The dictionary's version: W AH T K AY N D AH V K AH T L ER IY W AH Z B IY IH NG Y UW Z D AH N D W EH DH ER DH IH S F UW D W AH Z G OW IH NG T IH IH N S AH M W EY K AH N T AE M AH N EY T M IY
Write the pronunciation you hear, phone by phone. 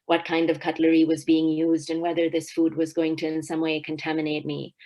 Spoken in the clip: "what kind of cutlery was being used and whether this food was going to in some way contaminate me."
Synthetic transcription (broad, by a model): W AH T K AY N D AH V K AH T L ER IY W AH Z B IY IH NG Y UW Z D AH N W EH DH ER DH IH S F UW D W AH Z G OW IH NG T IH IH N S AH M W EY K AH N T AE M AH N EY T M IY